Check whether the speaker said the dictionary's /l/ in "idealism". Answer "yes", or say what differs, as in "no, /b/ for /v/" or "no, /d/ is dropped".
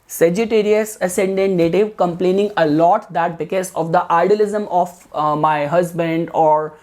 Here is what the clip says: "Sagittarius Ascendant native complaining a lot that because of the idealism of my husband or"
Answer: yes